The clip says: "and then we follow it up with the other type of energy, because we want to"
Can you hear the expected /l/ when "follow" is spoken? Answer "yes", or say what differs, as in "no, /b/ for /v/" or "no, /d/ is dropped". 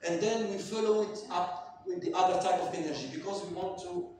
yes